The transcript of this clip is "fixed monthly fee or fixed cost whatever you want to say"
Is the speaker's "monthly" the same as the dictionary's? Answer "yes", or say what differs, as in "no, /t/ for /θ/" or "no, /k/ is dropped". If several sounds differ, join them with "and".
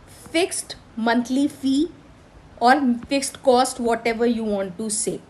no, /t/ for /θ/